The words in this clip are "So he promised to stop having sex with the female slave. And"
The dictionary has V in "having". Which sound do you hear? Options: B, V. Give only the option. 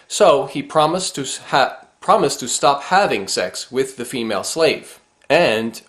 V